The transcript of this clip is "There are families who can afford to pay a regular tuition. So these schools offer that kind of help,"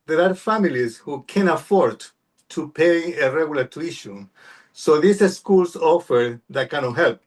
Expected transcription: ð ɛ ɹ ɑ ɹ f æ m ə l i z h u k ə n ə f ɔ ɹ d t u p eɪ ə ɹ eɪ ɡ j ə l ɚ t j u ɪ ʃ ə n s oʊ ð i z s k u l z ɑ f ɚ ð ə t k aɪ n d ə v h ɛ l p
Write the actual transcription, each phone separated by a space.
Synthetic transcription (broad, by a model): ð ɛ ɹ ɑ ɹ f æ m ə l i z h u k ə n ə f ɔ ɹ d t u p eɪ ə ɹ eɪ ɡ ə l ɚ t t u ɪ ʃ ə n s oʊ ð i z s k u l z ɑ f ɚ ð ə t k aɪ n ə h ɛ l p